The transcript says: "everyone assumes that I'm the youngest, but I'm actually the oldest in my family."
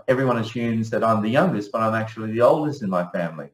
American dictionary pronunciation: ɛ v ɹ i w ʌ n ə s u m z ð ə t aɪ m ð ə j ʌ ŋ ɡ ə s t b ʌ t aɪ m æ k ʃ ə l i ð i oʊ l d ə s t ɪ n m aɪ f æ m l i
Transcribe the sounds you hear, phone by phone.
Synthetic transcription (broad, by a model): ɛ v ɹ i w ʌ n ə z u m z ð ə t aɪ m ð ə j ʌ ŋ ɡ ə s t b ʌ t aɪ m æ k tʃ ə l i ð i oʊ l d ə s t ɪ n m aɪ f æ m l i